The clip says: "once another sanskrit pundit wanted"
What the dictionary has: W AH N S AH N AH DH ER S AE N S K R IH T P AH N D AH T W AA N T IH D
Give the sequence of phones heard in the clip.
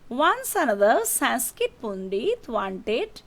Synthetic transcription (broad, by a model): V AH N S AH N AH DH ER S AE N S K IH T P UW N D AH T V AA N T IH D